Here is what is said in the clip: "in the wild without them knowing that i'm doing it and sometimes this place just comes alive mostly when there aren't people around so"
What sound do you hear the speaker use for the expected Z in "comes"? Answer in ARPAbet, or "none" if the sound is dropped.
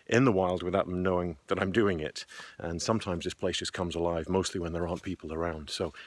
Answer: Z